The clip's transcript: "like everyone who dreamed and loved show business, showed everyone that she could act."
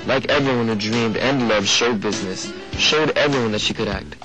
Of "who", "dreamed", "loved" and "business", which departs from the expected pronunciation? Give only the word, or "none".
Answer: none